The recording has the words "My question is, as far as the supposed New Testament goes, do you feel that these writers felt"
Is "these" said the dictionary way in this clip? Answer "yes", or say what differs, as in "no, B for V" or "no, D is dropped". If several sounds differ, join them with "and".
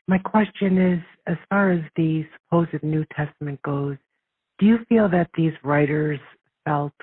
yes